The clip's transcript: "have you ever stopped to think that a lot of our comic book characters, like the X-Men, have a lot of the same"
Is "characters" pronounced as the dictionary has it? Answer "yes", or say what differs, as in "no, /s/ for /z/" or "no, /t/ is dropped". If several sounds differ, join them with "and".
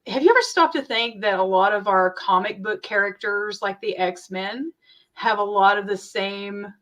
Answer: yes